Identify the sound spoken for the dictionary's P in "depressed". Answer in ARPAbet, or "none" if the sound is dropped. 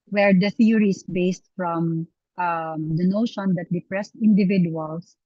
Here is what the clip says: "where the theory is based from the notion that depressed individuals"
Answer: P